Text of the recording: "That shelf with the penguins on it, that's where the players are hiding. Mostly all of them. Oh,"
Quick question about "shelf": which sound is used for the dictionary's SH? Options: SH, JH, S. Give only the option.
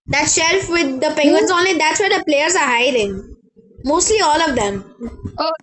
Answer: SH